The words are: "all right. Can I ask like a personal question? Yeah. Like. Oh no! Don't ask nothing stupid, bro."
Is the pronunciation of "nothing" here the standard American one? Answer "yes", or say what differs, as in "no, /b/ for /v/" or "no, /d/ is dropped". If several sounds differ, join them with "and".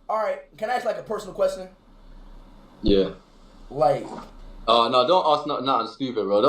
no, /t/ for /θ/